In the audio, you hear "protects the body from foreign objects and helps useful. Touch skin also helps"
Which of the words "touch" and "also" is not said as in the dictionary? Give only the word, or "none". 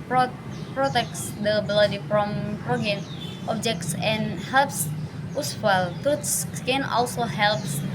touch